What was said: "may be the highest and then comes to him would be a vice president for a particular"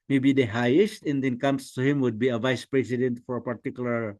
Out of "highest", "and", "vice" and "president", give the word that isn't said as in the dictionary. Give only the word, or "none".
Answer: president